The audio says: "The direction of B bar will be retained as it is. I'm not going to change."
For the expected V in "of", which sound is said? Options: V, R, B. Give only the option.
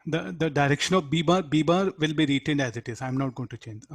B